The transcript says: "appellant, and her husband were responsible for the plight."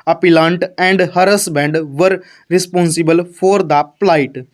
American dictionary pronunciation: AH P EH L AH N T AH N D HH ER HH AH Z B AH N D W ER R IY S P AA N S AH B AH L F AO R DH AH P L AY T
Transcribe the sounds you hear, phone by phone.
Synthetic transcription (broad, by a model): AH P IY L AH N T AH N D HH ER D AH S B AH N D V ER R IY S P AA N S AH B AH L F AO R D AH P L AY T